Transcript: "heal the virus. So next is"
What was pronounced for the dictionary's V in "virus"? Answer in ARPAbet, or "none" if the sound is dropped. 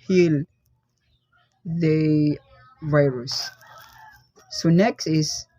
V